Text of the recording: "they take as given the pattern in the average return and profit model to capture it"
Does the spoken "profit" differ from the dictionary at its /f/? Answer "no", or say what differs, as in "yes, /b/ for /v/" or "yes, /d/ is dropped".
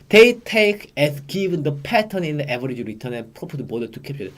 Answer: yes, /p/ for /f/